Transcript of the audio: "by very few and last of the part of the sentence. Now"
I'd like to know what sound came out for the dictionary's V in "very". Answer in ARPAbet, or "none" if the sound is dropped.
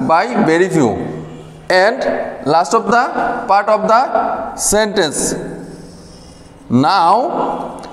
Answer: B